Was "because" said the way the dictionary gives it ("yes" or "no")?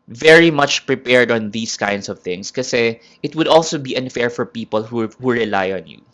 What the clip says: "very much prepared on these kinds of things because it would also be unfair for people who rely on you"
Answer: no